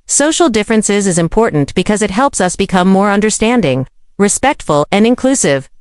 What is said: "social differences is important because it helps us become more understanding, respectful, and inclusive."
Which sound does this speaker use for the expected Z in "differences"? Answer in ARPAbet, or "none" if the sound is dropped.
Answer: Z